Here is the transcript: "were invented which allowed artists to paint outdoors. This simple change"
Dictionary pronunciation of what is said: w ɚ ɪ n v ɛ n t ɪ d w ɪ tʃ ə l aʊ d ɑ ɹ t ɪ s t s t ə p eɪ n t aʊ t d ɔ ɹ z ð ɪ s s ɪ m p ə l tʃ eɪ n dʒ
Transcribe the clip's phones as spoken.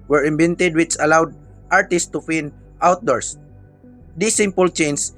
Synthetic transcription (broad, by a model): w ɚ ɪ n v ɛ n t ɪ d w ɪ tʃ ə l aʊ d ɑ ɹ t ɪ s s t ə f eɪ n t aʊ t d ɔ ɹ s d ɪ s s ɪ m p ə l tʃ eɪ n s